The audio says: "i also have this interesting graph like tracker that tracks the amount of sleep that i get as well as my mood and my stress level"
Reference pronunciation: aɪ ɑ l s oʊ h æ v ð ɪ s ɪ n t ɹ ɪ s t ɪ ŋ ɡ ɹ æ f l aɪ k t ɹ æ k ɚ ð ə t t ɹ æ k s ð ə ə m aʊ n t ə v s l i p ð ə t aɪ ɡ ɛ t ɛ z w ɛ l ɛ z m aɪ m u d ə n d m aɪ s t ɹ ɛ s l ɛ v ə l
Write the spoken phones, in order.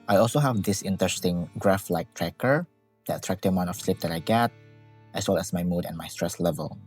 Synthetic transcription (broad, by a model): aɪ ɑ l s oʊ h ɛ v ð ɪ s ɪ n t ɹ ɪ s t ɪ ŋ ɡ ɹ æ f l aɪ k t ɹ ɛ k ɚ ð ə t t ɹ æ k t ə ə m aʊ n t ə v s l i p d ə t aɪ ɡ ɛ t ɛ s w ɛ l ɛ s m aɪ m u d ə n m aɪ s t ɹ ɛ s l ɛ v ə l